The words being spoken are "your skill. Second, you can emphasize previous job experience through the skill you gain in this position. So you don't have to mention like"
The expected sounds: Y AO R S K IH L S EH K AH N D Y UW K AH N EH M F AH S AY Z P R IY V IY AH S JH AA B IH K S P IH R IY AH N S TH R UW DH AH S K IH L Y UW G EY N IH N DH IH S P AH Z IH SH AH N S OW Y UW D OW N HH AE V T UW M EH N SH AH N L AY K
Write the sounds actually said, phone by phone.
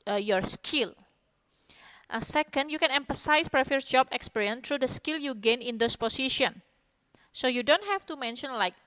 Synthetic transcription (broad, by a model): Y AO R S K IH L S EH K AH N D Y UW K AH N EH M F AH S AY S P R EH F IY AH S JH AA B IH K S P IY R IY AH N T R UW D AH S K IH L Y UW G EY N IH N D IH S P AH S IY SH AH N S OW Y UW D OW N HH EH F T UW M EH N SH AH N L AY K